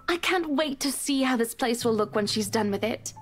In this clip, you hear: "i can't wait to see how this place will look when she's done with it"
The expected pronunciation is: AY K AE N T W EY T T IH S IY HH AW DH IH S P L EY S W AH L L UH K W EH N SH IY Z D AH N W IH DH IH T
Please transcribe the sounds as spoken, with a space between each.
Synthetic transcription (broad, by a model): AY K AE N T W EY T T IH S IY HH AW DH IH S P L EY S W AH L L UH K W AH N SH IY Z D AH N W IH DH IH T